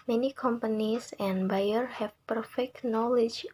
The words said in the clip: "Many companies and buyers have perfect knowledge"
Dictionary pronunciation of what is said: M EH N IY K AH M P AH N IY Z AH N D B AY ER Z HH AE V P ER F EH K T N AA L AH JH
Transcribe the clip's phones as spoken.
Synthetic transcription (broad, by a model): M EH N IY K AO M P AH N IY S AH N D B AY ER HH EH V P ER F EH K T N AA L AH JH